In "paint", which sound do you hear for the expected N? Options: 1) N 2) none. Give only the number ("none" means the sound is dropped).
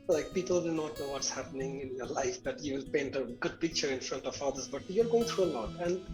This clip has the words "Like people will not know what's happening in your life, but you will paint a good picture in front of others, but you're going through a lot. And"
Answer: 1